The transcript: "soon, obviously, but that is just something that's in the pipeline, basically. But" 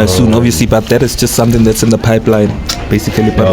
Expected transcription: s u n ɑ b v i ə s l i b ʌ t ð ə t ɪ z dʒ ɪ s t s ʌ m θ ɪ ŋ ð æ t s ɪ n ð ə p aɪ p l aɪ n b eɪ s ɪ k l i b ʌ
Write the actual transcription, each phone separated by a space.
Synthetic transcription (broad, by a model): s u n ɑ v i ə s l i b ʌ t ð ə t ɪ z dʒ ɪ s t s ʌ m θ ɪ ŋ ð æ t s ɪ n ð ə p aɪ p l aɪ n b eɪ s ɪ k l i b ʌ